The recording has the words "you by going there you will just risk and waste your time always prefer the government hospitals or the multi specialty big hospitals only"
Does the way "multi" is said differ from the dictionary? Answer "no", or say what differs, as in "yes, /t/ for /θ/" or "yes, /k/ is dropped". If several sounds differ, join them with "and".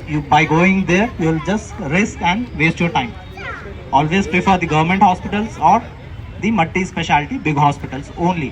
yes, /l/ is dropped